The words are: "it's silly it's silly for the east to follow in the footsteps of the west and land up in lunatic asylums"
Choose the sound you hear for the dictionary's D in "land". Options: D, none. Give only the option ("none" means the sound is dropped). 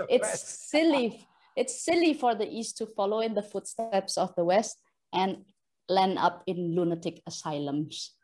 none